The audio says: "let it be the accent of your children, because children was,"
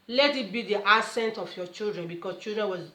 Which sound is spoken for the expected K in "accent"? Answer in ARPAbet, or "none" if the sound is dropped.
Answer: none